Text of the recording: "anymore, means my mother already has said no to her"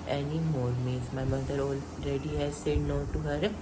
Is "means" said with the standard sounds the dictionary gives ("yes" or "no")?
no